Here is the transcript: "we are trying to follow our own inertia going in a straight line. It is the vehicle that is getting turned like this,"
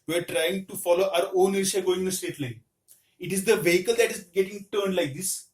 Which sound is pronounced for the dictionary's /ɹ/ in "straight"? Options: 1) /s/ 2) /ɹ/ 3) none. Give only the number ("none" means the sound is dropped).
3